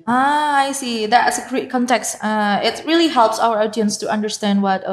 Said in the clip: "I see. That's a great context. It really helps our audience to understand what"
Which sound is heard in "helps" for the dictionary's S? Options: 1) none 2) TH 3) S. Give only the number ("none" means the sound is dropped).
3